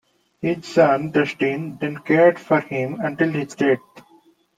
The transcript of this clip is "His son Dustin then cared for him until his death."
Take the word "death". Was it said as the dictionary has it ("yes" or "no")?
no